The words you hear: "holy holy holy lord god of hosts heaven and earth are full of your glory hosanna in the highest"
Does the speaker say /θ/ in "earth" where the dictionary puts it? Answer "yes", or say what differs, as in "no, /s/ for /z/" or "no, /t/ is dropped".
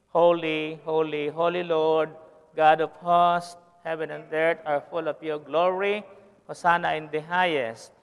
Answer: no, /t/ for /θ/